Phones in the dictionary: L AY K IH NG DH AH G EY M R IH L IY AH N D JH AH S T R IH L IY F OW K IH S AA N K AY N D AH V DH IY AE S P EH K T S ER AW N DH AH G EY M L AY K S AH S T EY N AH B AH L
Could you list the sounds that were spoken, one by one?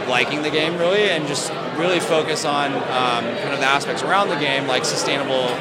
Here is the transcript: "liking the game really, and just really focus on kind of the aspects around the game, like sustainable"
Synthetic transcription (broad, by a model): L AY K IH NG DH AH G EY M R IH L IY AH N JH AH S T R IH L IY F OW K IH S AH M K AY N AH V DH IY AE S P EH K T S ER AW N DH AH G EY M L AY K S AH S T EY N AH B L